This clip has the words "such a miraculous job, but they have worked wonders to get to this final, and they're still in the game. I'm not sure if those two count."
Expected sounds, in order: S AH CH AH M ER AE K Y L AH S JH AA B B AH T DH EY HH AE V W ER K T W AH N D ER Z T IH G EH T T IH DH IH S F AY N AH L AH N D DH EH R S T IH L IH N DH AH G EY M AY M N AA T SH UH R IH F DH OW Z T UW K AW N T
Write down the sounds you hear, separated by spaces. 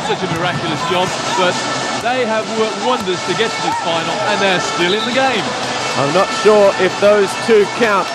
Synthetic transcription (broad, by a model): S AH CH AH M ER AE K Y L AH S JH AA B B AH T DH EY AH V W ER K T W AH N D ER Z T IH G EH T T IH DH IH F AY N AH L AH N DH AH R S T IH L IH N DH AH G EY M AY M N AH T SH UH R IH F DH OW Z T UW K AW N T